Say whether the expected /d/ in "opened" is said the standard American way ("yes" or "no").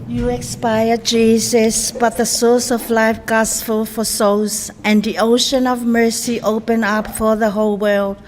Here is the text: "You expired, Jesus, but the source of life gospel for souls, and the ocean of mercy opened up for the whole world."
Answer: no